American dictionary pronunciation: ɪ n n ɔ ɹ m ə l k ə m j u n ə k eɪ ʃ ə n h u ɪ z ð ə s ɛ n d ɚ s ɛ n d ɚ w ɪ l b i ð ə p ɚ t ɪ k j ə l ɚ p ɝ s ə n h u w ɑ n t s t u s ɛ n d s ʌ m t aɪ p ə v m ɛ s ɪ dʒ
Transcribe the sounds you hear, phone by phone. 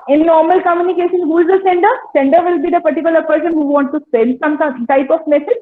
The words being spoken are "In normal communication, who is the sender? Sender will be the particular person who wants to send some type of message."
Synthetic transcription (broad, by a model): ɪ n n ɔ ɹ m ə l k ə m j u n ə k eɪ ʃ ə n h u ɪ z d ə s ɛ n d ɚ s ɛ n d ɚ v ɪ l b i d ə p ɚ t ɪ k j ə l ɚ p ɝ s ə n h u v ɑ n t t u s ɛ n d s ʌ m t aɪ p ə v m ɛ s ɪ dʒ